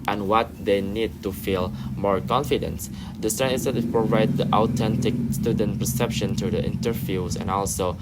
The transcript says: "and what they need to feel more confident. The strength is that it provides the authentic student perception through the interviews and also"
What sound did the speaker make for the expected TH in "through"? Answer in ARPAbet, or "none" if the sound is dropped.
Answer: T